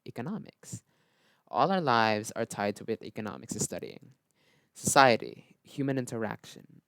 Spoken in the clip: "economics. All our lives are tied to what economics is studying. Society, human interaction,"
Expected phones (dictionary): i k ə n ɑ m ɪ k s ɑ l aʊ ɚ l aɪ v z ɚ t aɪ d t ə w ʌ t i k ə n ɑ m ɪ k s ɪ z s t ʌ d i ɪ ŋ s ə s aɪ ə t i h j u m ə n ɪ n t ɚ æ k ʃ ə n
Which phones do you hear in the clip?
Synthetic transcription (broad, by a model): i k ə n ɑ m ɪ k s ɑ l aʊ ɚ l aɪ v z ɚ t aɪ d t ə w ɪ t i k ə n ɑ m ɪ k s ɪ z s t ʌ d i ɪ ŋ s ə s aɪ ə t i h j u m ə n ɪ n t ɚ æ k ʃ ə n